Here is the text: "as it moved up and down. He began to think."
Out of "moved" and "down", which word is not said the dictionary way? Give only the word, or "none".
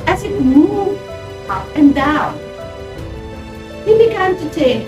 moved